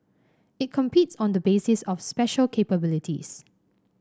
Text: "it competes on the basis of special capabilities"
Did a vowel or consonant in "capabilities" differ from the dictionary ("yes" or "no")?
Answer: yes